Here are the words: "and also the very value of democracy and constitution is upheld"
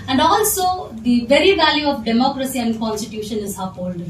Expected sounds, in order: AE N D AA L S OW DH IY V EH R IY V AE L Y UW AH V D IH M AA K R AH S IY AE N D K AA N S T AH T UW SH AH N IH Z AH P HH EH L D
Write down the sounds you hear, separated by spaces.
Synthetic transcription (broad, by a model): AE N D AA L S OW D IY V EH R IY V AE L Y UW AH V D IH M AA K R AH S IY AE N D K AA N S T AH T UW SH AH N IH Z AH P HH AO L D